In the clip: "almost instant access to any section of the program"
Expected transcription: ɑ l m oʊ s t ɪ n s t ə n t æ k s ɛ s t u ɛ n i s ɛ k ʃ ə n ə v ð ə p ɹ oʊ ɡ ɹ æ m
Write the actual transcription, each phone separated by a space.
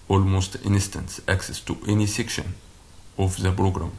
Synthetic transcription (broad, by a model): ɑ l m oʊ s t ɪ n s t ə n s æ k s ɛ s t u ɛ n i s ɛ k ʃ ə n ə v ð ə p ɹ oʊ ɡ ɹ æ m